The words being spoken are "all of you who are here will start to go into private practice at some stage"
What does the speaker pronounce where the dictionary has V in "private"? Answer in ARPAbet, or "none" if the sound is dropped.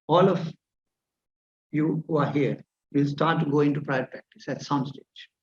none